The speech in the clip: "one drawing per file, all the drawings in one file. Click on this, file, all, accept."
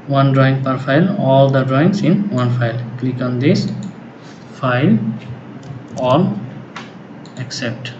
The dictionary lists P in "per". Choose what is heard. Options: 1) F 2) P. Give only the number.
2